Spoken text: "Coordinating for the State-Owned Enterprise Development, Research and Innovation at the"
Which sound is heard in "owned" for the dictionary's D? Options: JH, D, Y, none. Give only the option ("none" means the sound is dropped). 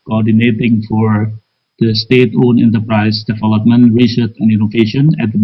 none